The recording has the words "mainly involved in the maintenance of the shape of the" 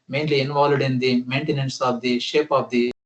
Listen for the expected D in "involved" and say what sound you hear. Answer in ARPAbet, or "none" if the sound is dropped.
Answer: D